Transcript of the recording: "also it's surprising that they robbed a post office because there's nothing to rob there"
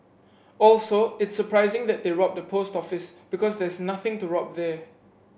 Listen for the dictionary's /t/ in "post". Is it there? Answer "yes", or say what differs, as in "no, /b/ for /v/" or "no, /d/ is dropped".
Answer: yes